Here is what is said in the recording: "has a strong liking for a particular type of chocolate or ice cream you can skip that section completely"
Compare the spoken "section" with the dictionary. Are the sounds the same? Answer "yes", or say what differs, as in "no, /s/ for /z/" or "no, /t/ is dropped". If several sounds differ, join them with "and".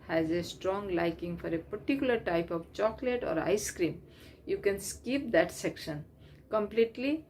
yes